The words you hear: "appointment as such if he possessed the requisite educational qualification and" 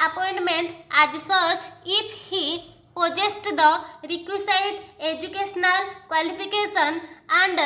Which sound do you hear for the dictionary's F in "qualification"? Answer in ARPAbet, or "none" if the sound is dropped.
P